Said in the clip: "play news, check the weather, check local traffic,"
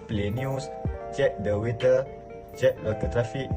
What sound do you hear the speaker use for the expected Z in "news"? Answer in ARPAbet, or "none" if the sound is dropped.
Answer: S